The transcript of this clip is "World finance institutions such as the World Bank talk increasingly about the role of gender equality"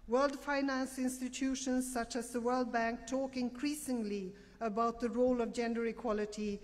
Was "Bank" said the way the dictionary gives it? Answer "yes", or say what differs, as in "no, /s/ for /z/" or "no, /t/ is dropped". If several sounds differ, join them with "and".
yes